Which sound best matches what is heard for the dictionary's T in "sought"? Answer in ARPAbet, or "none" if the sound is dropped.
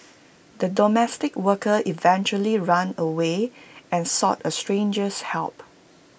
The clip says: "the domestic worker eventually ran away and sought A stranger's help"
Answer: T